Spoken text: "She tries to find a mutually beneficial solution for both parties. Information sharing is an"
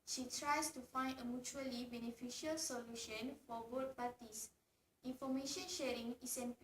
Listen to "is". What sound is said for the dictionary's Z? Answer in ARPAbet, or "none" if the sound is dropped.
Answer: S